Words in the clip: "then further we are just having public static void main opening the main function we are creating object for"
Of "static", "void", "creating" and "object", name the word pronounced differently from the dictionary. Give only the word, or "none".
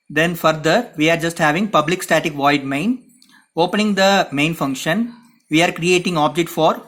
none